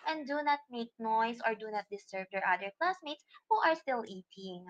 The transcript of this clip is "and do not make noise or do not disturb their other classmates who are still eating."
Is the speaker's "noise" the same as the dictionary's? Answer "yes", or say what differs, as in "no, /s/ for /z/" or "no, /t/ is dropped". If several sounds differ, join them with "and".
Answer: no, /s/ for /z/